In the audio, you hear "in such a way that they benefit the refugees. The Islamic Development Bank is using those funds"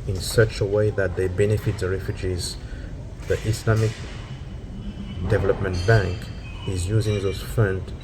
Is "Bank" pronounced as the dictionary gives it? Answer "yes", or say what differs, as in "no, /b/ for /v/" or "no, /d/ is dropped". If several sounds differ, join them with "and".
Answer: yes